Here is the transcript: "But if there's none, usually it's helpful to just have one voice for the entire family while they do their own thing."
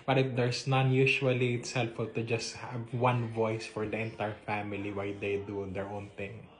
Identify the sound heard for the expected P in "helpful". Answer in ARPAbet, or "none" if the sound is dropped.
none